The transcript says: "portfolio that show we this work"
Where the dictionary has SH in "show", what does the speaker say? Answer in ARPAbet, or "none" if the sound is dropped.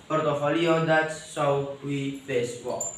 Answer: S